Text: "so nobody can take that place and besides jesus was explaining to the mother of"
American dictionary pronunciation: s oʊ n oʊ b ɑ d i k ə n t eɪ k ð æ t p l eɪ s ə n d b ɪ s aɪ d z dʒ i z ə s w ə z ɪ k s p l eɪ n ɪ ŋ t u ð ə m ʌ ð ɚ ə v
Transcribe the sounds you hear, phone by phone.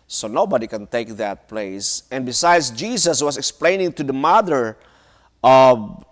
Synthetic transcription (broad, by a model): s oʊ n oʊ b ɑ d i k ə n t eɪ k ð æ t p l eɪ s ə n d b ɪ s aɪ d s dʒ i s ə s w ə s ɪ k s p l eɪ n ɪ ŋ t u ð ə m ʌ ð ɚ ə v